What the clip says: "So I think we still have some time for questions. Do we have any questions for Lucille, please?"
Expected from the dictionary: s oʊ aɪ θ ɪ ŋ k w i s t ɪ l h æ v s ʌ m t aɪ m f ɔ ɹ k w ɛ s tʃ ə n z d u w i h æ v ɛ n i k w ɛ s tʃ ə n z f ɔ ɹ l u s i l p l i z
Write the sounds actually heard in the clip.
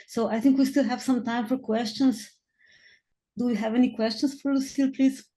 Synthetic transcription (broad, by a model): s oʊ aɪ θ ɪ ŋ k w i s t ɪ l h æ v s ʌ m t aɪ m f ɔ ɹ k w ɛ s tʃ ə n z d u w i h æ v ɛ n i k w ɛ s tʃ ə n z f ɔ ɹ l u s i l p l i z